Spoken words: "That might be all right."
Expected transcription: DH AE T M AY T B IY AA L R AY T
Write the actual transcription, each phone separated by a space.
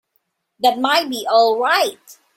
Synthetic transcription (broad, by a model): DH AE T M AY T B IY AA L R AY T